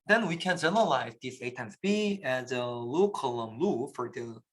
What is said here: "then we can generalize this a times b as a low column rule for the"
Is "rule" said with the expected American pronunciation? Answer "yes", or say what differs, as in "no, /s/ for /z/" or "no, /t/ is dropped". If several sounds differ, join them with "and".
no, /l/ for /ɹ/